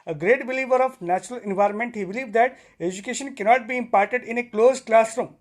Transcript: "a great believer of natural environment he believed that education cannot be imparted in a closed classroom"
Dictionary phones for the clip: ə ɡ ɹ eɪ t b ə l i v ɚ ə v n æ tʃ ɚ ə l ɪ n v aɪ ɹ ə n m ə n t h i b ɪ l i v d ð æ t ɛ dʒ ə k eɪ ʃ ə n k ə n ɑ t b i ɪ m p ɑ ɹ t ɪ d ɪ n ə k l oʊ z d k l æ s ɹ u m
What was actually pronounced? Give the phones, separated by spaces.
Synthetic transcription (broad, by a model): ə ɡ ɹ eɪ t b ə l i v ɚ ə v n æ tʃ ɚ ə l ɪ n v aɪ ɹ ə n m ə n t h i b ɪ l i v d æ t ɛ dʒ ə k eɪ ʃ ə n k ə n ɑ t b i ɪ m p ɑ ɹ t ɪ d ɪ n ə k l oʊ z k l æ s ɹ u m